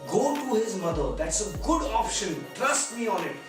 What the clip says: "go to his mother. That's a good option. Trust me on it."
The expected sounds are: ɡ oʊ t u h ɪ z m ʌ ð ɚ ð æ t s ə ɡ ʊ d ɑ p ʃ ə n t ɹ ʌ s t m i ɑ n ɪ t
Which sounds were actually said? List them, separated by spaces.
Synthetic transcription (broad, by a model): ɡ oʊ t u h ɪ z m ʌ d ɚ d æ t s ə ɡ ʊ d ɑ p ʃ ə n t ɹ ʌ s t m i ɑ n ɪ t